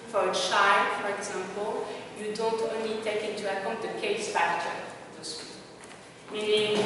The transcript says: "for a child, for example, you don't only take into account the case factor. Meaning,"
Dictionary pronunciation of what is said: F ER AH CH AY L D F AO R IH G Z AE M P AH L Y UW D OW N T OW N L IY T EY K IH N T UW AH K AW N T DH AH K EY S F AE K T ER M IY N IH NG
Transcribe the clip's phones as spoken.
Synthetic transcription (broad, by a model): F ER AH SH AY F AO R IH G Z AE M P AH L Y UW D OW N T OW N L IY T EY K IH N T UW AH K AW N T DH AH K EY S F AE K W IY M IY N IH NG